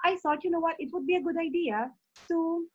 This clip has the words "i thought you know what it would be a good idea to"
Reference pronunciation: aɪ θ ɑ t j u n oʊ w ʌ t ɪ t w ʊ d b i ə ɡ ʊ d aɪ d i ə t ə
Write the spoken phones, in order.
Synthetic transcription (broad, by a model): aɪ s ɑ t j u n oʊ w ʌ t ɪ t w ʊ d b i ə ɡ ʊ d aɪ d i ə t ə